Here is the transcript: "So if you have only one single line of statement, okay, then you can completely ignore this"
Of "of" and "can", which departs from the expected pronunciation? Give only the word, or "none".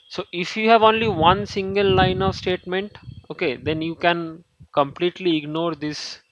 none